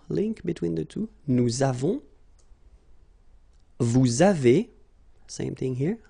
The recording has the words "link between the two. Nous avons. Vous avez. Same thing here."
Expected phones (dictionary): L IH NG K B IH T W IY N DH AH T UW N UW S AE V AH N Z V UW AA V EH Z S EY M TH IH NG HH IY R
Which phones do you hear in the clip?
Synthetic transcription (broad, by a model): L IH NG K B IH T W IY N DH AH T UW N UW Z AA V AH V UW AA V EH S EY M TH IH NG HH IY R